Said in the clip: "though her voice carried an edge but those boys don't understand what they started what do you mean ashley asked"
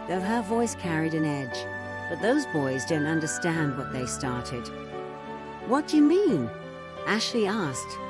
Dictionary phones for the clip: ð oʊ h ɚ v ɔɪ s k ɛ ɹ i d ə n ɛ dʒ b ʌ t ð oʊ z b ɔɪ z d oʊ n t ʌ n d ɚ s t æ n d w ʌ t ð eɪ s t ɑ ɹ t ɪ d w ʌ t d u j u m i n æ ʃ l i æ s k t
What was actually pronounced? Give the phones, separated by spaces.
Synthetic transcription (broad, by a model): ð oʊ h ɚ v ɔɪ s k ɛ ɹ i d ə n ɛ dʒ b ʌ t ð oʊ z b ɔɪ z d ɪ n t ʌ n d ɚ s t æ n d w ʌ t ð eɪ s t ɑ ɹ t ɪ d w ʌ t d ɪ j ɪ m i n æ ʃ l i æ s k t